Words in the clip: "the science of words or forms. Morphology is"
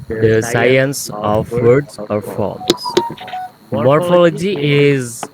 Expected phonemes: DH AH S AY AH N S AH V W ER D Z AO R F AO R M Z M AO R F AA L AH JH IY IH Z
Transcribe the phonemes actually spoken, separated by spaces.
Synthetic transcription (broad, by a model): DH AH S AY AH N S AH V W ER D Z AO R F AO L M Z M AO R F AA L AH JH IY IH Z